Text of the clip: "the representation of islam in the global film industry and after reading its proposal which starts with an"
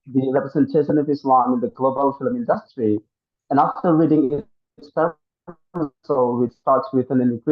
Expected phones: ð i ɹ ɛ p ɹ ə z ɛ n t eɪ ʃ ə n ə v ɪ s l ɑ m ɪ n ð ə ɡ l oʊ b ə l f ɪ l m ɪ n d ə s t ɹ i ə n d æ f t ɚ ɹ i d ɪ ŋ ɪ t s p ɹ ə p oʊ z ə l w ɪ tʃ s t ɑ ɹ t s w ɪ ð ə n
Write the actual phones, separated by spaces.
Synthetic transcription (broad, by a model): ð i ɹ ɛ p ɹ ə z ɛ n t eɪ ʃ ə n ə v ɪ s l ɑ m ɪ n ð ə ɡ l oʊ b ə l f ɪ l m ɪ n d ə s t ɹ i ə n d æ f t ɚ ɹ i d ɪ ŋ ɪ t s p ə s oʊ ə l w ɪ tʃ s t ɑ ɹ t s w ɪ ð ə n